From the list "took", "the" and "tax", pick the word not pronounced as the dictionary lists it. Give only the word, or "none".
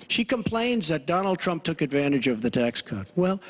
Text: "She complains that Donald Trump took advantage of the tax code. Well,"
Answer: none